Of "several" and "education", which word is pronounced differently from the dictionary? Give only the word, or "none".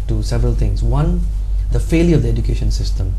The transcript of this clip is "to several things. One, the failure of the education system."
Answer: none